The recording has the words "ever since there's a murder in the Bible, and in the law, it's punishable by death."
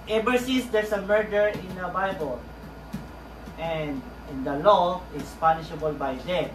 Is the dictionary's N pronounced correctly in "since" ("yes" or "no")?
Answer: no